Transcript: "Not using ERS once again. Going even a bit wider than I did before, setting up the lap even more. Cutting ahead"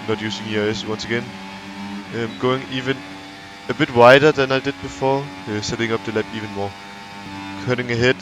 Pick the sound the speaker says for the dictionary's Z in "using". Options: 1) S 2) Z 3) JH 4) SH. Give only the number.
1